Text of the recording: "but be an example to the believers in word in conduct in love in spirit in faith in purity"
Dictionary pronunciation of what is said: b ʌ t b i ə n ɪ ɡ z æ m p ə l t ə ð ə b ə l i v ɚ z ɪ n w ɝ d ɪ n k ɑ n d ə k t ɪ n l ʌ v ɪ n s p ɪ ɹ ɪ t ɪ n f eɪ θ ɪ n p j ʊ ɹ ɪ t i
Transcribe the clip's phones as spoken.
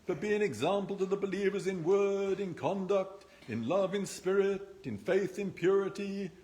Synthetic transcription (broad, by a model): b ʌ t b i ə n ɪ ɡ z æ m p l t ə ð ə b ə l i v ɚ z ɪ n w ɝ d ɪ n k ɑ n d ə k t ɪ n l ʌ v ɪ n s p ɪ ɹ ɪ t ɪ n f eɪ θ ɪ n p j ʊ ɹ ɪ t i